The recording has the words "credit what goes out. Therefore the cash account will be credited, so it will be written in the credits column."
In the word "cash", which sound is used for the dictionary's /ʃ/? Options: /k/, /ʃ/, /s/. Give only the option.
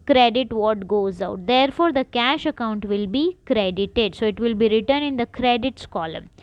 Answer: /ʃ/